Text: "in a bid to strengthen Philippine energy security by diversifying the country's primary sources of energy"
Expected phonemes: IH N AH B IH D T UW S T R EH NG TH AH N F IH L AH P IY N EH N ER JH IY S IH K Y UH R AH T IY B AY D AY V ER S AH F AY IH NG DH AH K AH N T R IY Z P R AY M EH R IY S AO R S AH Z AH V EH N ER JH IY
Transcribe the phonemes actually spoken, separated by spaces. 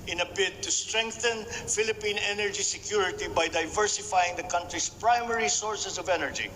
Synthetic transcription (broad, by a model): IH N AH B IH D T UW S T R EH NG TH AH N F IH L AH P IY N EH N ER JH IY S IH K Y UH R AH T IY B AY D AY V ER S AH F AY IH NG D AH K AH N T R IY S P R AY M EH R IY S AO R S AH S AH V EH N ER JH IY